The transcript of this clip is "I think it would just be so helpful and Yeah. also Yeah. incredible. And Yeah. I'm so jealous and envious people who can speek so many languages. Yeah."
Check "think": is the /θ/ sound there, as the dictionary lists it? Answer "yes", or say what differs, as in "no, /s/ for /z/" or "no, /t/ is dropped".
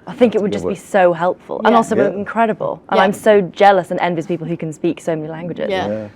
yes